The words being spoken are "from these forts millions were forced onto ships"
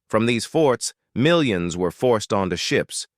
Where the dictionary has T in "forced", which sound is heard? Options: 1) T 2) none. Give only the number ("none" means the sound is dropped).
1